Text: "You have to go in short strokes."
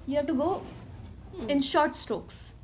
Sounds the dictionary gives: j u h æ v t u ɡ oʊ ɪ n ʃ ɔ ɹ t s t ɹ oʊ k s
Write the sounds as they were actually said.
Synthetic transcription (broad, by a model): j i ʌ t u ɡ oʊ ɪ n ʃ ɔ ɹ t s t ɹ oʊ k s